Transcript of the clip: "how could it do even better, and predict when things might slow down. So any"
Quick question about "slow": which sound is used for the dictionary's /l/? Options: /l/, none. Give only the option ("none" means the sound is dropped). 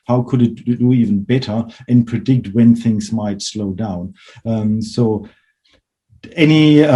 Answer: /l/